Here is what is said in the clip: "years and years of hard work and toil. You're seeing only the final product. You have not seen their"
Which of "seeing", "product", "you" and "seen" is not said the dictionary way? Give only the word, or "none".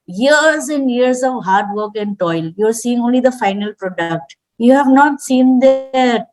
none